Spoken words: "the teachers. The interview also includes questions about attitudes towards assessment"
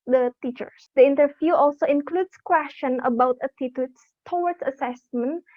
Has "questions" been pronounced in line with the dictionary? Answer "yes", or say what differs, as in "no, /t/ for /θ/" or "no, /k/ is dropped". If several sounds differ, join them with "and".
no, /z/ is dropped